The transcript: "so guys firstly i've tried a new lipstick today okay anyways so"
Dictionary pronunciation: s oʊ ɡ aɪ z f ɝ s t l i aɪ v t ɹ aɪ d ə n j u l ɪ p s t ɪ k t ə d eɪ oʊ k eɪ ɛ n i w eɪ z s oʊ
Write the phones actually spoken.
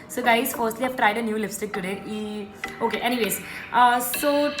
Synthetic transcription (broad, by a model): s oʊ ɡ aɪ z f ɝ s t l i aɪ v t ɹ aɪ d ə n j u l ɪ f s t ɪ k t ə d eɪ oʊ k eɪ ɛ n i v eɪ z s oʊ